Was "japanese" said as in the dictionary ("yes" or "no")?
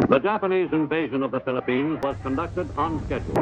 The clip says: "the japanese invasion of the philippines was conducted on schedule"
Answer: yes